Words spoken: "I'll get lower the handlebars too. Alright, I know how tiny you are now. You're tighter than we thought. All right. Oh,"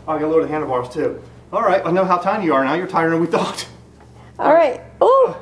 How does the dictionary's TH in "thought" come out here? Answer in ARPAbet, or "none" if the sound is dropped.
TH